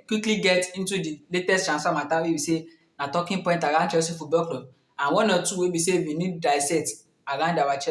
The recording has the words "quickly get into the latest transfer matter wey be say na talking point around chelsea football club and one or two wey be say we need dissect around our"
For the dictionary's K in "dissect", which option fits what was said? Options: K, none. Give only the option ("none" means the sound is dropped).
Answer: none